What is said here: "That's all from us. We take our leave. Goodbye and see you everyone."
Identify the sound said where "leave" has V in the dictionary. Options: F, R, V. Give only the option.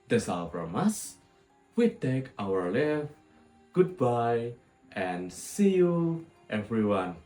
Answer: F